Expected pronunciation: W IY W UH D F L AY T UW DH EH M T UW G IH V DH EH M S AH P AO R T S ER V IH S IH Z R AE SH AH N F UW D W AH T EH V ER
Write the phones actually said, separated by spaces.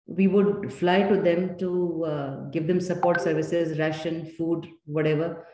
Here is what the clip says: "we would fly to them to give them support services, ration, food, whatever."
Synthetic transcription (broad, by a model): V IY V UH D F L AY T UW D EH M T UW G IH V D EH M S AH P AO R T S ER V IH S IH Z R AE SH AH N F UW D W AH T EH V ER